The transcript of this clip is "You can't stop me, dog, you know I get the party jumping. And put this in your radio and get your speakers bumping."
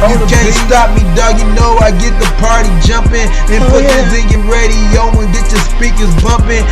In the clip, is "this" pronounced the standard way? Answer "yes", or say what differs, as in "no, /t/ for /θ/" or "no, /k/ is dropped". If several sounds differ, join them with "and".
no, /θ/ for /s/